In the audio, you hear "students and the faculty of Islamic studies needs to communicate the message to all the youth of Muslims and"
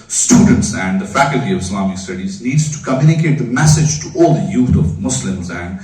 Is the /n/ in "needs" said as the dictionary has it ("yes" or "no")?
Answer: no